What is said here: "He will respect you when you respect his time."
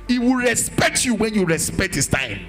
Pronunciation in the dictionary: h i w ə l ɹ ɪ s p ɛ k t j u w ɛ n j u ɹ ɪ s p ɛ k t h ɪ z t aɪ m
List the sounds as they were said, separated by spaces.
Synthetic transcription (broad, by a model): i w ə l ɹ ɪ s p ɛ k t j u w ɛ n j u ɹ ɪ s p ɛ k t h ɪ s t aɪ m